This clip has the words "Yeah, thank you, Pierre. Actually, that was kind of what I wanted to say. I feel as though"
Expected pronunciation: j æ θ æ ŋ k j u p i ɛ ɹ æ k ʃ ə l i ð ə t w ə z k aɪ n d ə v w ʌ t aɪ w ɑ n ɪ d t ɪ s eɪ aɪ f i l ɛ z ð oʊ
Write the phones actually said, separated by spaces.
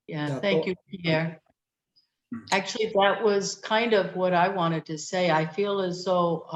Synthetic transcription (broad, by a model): j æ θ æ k j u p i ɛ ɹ æ k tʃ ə l i ð ə t w ə z k aɪ n d ə v w ʌ t aɪ w ɑ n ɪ d t ɪ s eɪ aɪ f i l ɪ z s oʊ